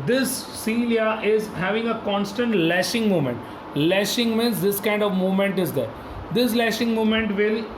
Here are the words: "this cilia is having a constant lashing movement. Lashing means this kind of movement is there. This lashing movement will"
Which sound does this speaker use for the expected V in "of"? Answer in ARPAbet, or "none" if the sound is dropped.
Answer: V